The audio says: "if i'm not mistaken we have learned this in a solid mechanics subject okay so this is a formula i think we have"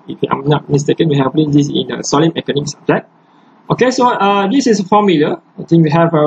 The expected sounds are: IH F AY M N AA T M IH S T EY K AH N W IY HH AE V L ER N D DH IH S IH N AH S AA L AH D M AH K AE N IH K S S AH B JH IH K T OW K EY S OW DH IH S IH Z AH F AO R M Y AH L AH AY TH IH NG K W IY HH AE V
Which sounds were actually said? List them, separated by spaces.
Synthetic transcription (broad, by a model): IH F AY M N AA T M IH S T EY K AH N W IY HH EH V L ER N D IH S IH N AH S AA L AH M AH K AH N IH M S S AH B JH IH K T OW K EY S OW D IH S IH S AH F AO M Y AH L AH AY T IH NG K W IY HH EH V